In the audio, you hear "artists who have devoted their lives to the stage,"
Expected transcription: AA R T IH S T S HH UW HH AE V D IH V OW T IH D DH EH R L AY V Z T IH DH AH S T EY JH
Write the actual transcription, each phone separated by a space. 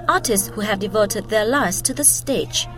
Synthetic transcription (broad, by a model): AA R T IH S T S HH UW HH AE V D IH V OW T IH D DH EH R L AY Z T IH DH AH S T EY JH